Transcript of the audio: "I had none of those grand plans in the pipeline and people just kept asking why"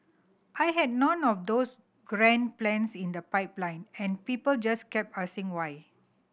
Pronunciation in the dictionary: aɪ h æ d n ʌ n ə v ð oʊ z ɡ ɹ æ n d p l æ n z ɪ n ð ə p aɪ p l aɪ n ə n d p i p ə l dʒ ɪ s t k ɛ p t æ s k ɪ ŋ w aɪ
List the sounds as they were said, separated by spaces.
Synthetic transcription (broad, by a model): aɪ h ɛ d n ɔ n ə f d oʊ s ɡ ɹ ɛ n p l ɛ n s ɪ n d ə p aɪ p l aɪ n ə n p i p ə l dʒ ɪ s k ɛ p ɑ s ɪ ŋ w aɪ